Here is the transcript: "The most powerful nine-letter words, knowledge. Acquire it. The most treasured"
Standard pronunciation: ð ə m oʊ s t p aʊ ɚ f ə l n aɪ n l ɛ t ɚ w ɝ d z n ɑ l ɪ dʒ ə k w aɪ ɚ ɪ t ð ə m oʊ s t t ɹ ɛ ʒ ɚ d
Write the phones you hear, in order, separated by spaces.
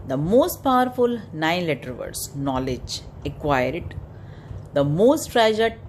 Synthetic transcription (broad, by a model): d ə m oʊ s t p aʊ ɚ f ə l n aɪ n l ɛ t ɚ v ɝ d s n ɑ l ɪ dʒ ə k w aɪ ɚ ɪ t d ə m oʊ s t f ɹ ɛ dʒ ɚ d